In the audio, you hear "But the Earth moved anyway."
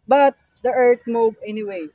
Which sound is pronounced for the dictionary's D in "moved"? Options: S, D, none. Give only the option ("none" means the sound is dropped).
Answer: none